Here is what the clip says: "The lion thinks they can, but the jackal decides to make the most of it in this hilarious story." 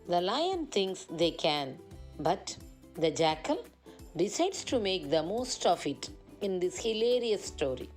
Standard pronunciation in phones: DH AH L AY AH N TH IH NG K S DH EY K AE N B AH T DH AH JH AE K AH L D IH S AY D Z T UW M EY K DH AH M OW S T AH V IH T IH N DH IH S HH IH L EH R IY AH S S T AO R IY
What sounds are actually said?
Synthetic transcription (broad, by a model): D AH L AY AH N T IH NG K S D EY K AE N B AH T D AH JH AE K AH L D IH S AY D S T UW M EY K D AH M OW S T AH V IH T IH N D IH S HH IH L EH R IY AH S S T AO R IY